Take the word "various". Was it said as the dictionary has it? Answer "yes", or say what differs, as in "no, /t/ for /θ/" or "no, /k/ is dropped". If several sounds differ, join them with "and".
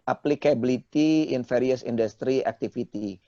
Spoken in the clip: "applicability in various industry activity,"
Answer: no, /f/ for /v/